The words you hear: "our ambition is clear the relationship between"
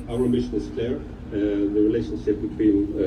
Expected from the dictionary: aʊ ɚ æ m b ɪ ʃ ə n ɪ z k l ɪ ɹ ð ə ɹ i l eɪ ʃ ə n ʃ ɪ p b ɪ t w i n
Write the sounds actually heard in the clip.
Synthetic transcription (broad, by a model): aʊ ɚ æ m ɪ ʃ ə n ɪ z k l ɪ ɹ ð ə ɹ i l eɪ ʃ ə n ʃ ɪ p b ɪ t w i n